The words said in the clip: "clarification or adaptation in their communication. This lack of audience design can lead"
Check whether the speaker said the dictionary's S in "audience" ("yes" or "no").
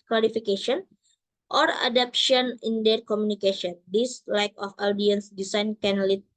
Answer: yes